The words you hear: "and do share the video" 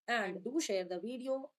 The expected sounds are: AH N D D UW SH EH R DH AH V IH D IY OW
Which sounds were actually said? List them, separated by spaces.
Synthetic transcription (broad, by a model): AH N D D UW SH EH R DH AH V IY D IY OW